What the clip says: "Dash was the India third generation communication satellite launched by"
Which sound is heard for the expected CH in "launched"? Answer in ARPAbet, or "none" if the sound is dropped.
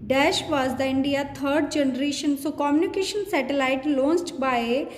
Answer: S